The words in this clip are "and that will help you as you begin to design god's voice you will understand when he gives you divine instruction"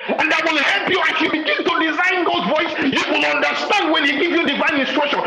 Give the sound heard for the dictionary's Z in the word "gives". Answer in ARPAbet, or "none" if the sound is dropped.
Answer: none